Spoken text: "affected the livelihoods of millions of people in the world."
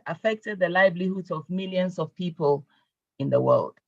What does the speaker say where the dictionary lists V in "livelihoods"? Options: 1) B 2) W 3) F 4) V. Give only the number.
1